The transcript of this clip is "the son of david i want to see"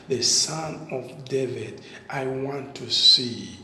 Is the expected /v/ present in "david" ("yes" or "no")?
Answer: yes